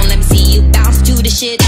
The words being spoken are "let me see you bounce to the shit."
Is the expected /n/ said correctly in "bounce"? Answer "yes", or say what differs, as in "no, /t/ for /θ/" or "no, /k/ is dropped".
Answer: no, /n/ is dropped